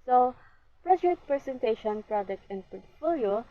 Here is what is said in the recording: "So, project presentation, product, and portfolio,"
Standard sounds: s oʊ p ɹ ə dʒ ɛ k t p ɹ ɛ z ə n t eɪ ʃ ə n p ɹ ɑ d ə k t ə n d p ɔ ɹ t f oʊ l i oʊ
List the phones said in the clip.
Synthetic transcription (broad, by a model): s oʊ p ɹ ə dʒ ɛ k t p ɹ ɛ s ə n t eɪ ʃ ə n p ɹ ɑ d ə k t ə n d p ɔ ɹ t f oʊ l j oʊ